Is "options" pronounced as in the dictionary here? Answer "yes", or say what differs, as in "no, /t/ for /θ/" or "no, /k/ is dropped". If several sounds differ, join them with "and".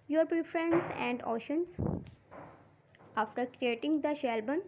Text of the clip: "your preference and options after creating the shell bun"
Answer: no, /p/ is dropped